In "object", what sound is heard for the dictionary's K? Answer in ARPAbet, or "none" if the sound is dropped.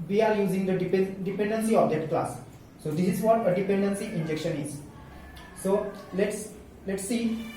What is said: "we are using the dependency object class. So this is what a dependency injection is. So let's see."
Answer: none